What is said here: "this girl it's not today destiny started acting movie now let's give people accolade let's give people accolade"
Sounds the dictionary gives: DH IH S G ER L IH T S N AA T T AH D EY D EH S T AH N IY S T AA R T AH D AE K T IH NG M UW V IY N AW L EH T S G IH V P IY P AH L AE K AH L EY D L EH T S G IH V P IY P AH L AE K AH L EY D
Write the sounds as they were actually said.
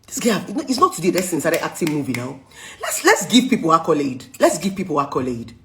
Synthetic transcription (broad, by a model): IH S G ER N IH T S N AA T T AH D EY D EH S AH N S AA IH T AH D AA K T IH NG M UW V IY N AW L EH T S G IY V P IY P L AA K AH L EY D L EH T S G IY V P IY P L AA K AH L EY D